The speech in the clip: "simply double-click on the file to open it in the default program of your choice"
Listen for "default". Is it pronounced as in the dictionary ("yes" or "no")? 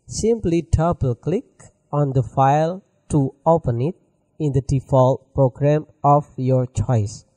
yes